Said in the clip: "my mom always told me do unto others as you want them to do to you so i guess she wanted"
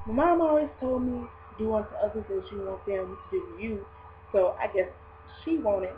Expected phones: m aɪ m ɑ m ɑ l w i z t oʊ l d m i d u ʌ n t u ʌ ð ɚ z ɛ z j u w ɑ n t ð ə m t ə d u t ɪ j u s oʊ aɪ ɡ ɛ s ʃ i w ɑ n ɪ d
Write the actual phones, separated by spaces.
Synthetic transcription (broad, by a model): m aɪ m ɑ m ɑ w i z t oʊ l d m i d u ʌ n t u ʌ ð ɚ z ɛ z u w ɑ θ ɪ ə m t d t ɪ j u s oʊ aɪ ɡ ɛ s ʃ i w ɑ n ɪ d